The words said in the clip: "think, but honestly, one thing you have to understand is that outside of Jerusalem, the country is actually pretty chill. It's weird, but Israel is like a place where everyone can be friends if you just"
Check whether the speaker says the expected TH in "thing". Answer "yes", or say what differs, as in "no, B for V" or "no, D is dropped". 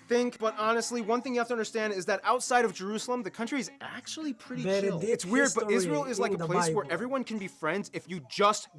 yes